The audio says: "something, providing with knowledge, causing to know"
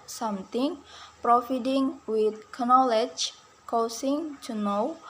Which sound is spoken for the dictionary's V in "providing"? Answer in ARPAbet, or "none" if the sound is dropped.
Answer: F